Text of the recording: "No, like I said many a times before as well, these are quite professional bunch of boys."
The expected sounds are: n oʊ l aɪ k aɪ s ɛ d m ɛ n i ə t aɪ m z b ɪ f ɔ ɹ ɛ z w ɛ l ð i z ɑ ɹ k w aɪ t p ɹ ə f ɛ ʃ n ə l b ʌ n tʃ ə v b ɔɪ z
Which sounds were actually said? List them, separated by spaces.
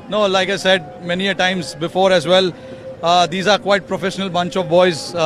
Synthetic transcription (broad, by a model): n oʊ l aɪ k aɪ s ɛ d m ɛ n i ə t aɪ m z b ɪ f ɔ ɹ ɛ z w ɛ l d i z ɑ ɹ k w aɪ t p ɹ ə f ɛ ʃ n ə l b ʌ n tʃ ə v b ɔɪ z